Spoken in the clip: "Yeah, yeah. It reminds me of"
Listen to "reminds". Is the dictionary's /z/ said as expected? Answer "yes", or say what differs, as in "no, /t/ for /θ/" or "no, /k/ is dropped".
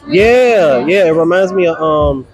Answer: yes